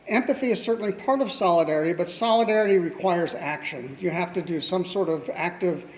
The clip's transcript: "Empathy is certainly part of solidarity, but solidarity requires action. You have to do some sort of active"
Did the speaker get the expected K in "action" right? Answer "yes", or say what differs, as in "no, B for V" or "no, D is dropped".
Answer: yes